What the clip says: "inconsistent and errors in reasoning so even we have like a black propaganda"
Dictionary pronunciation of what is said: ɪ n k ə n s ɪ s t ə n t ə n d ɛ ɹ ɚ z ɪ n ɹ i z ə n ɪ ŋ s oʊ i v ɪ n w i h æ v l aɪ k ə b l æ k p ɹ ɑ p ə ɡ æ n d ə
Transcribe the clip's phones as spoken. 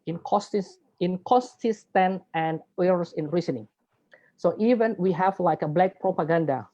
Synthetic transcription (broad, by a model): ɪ n k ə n s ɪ s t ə n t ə n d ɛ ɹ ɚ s ɪ n ɹ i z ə n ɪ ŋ s oʊ i v ɪ n w i h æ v l aɪ k ə b l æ k p ɹ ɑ p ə ɡ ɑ n d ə